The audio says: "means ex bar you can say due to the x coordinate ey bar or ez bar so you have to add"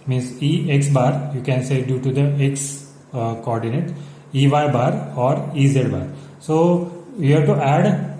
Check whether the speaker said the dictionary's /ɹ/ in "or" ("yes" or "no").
yes